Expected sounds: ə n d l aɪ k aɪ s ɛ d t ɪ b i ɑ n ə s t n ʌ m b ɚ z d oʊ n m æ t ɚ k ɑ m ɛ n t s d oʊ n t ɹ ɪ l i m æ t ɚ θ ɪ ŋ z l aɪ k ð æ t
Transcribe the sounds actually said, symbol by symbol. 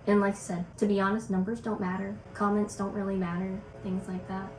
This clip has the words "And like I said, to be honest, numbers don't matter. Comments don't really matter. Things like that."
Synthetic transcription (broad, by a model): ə n l aɪ k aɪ s ɛ d t ɪ b i ɑ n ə s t n ʌ m b ɚ z d oʊ n m æ t ɚ k ɑ m ɛ n t s d oʊ n t ɹ ɪ l i m æ t ɚ θ ɪ ŋ z l aɪ k ð æ t